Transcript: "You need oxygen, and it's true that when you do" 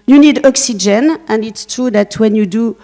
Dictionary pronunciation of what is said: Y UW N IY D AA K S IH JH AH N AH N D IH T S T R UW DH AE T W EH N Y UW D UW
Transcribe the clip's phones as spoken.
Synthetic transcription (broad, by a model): Y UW N IY D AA K S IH JH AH N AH N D IH T S T UW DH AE T W EH N Y UW D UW